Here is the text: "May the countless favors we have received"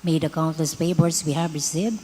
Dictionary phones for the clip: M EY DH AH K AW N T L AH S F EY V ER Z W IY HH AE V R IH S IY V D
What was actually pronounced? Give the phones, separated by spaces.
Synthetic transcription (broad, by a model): M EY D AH K AW N T L AH S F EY B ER S W IY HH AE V R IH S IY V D